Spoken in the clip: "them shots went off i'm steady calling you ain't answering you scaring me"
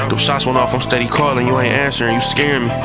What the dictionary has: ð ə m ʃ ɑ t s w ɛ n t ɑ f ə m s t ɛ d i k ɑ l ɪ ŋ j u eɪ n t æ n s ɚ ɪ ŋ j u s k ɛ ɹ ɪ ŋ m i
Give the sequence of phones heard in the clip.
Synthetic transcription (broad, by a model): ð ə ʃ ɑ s w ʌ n ɑ f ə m s t ɛ d i k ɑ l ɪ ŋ j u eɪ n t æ n s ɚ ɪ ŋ j u s k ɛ ɹ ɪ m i